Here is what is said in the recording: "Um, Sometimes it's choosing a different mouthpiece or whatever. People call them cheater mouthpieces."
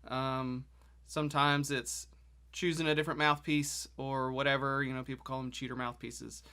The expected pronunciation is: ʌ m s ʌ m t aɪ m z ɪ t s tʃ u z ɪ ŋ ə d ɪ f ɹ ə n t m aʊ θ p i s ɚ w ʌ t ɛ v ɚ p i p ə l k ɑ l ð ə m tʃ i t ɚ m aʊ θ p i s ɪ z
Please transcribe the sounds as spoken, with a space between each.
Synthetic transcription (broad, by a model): ʌ m s ʌ m t aɪ m z ɪ t s tʃ u z ɪ ŋ ə d ɪ f ɹ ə n m aʊ θ p i s ɚ w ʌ t ɛ v ɚ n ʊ p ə l k ɑ l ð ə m tʃ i t ɚ m aʊ θ p i s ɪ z